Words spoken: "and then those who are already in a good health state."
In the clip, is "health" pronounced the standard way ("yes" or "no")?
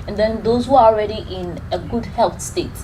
no